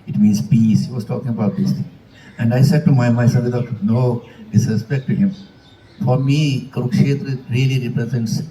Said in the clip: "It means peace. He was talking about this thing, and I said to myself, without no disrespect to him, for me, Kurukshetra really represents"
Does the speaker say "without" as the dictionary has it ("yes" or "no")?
no